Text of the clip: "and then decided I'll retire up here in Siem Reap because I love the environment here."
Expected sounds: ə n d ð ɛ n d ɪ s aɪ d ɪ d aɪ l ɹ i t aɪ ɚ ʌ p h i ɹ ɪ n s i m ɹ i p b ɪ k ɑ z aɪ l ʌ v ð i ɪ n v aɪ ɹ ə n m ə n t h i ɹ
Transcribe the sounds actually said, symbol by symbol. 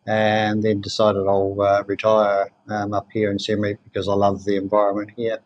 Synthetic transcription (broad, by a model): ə n ð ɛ n d ɪ s aɪ d ɪ d aɪ l ɹ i t aɪ ɚ ʌ p h i ɹ ɪ n s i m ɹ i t b ɪ k ɑ z aɪ l ʌ v ð i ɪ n v aɪ ɹ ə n m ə n t h i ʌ